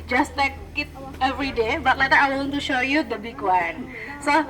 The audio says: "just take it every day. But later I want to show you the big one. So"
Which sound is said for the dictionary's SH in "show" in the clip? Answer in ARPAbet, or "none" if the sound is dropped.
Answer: SH